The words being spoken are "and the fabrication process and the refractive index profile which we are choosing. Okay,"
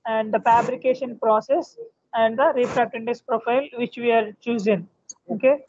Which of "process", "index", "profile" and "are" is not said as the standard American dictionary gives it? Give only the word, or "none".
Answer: index